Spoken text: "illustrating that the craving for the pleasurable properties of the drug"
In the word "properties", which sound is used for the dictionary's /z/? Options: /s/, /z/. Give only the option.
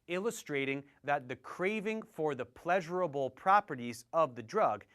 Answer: /z/